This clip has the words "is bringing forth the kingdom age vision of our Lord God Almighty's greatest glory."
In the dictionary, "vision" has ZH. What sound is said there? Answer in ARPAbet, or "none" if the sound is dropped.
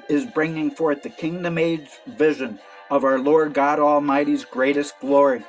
ZH